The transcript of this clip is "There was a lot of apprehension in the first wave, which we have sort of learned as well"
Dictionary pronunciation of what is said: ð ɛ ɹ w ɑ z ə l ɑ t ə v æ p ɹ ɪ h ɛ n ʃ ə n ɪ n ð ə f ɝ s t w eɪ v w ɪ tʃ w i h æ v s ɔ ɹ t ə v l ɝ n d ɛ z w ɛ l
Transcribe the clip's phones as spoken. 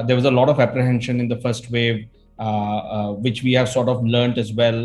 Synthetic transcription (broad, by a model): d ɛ ɹ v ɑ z ə l ɑ t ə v æ p ɹ ɪ h ɛ n ʃ ə n ɪ n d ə f ɝ s t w eɪ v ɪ tʃ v i h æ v s ɔ ɹ t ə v l ɝ n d ɛ z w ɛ l